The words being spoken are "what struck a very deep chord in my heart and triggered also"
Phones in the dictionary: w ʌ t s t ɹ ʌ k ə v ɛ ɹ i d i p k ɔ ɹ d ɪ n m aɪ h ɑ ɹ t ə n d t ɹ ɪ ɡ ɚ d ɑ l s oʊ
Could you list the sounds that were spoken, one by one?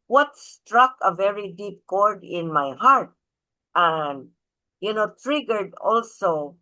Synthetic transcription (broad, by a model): w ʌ t s t ɹ ʌ k ə v ɛ ɹ i d i p k ɔ ɹ d ɪ n m aɪ h ɑ ɹ t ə n d t ɹ ɪ ɡ ɚ d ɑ l s oʊ